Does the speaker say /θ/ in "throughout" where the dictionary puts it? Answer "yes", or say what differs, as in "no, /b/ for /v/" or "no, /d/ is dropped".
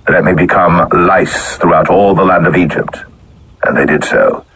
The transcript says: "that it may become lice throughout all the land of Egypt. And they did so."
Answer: yes